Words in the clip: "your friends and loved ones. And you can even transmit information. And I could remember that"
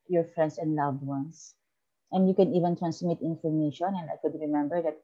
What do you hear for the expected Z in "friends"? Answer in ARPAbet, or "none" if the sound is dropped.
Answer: S